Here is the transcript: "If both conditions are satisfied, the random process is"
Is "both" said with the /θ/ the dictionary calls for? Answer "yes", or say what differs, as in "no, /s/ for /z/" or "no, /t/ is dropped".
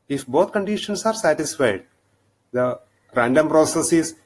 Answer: no, /t/ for /θ/